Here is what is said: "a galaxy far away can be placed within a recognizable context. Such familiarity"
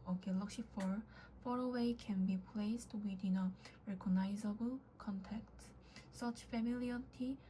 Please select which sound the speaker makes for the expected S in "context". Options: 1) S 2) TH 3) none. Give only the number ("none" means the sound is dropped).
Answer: 3